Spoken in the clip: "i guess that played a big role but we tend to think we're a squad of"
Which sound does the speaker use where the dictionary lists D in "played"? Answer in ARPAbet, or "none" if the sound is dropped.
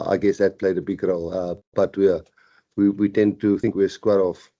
D